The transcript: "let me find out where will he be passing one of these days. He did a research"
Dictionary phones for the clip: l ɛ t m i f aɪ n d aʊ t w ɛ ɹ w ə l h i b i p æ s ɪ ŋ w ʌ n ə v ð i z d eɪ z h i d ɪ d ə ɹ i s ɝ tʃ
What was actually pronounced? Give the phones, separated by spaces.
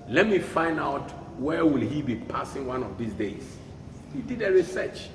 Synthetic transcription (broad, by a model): l ɛ t m i f aɪ n d aʊ t w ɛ w ə l h i b i p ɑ s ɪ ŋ w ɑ n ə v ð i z d eɪ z h i d ɪ d ə ɹ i s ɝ tʃ